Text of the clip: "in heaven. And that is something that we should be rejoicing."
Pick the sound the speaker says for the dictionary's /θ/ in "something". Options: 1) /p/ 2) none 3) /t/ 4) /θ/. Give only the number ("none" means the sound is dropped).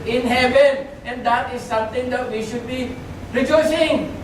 3